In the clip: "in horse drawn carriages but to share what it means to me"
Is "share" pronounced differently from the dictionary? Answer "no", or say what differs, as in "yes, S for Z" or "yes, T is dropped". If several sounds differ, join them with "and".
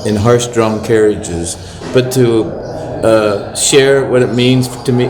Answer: no